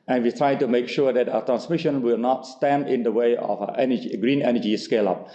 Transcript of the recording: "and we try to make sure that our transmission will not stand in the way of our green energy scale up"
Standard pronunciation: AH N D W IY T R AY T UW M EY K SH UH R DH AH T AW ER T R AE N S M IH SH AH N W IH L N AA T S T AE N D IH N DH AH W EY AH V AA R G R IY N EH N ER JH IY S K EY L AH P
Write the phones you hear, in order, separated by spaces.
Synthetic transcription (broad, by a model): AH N W IY T R AY T UW M EY K SH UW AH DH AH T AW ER T R AE N S M IH SH AH N W IH L N AA T S T AE N D IH N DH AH W EY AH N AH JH G R IY N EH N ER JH IY S K EY L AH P